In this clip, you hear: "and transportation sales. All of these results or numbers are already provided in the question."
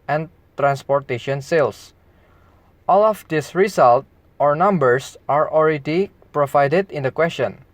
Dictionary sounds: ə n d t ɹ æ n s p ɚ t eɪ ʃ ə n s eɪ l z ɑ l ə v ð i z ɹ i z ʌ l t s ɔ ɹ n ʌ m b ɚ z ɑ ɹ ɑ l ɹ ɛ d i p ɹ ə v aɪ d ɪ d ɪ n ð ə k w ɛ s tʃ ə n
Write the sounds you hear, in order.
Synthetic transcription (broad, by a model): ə n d t ɹ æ n s p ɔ t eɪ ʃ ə n s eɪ l s ɑ l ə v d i s ɹ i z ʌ l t ɔ ɹ n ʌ m b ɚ s ɑ ɹ ɑ l ɹ ɛ d i p ɹ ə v aɪ d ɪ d ɪ n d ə k w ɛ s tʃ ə n